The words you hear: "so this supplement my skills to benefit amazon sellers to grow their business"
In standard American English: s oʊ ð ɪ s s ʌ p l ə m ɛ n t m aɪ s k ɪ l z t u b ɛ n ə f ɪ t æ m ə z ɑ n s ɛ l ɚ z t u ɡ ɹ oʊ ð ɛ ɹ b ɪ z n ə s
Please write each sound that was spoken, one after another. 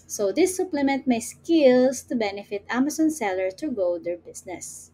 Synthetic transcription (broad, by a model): s oʊ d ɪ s s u p l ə m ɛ n t m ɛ s k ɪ l s t u b ɛ n ə f ɪ t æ m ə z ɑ n s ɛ l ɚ t u ɡ oʊ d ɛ ɹ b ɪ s n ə s